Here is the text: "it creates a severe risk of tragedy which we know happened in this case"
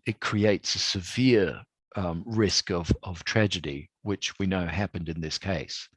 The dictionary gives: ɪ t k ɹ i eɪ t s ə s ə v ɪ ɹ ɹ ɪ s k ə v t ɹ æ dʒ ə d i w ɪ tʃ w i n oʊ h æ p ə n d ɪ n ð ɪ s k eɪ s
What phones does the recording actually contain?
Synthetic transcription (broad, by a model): ɪ t k ɹ i eɪ t s ə s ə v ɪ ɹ ɹ ɪ s k ə v t ɹ æ dʒ ə d i w ɪ tʃ w i n oʊ h æ p ə n d ɪ n ð ɪ s k eɪ s